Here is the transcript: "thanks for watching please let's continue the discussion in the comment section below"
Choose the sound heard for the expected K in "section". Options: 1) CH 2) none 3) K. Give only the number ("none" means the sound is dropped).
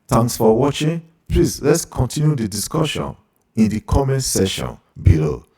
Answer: 2